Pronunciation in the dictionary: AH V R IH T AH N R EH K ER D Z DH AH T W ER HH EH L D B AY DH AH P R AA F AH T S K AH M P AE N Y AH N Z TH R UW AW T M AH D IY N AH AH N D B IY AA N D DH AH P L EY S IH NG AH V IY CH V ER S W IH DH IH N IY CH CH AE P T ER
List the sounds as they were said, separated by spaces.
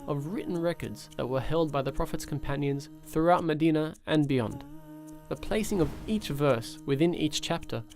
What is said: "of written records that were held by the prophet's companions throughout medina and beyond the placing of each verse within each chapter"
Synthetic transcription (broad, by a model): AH V R IH T N R EH K ER D Z DH AH T W ER HH EH L D B AY DH AH P R AA F AH T S K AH M P AE N Y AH N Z TH R UW AW T M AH D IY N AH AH N B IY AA N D DH AH P L EY S IH NG AH V IY CH V ER S W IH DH IH N IY CH CH AE P T ER